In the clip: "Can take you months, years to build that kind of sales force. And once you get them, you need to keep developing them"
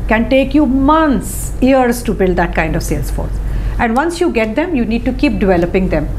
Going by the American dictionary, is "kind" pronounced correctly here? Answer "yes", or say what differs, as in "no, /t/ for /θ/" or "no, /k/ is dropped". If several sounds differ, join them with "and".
yes